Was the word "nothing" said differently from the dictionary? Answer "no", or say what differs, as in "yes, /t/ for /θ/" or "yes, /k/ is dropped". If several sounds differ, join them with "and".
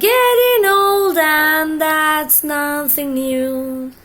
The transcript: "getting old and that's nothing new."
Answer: no